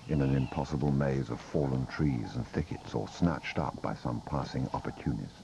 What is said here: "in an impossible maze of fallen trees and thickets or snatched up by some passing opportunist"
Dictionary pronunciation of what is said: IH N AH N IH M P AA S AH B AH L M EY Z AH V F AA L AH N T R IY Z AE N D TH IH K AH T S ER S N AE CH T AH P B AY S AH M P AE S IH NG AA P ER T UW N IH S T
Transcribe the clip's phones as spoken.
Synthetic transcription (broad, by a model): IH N AH N IH M P AA S AH B AH L M EY Z AH V F AA L AH N T R IY Z N TH IH K AH T S ER S N AE CH T AH P B AY S AH M P AE S IH NG AA P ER T UW N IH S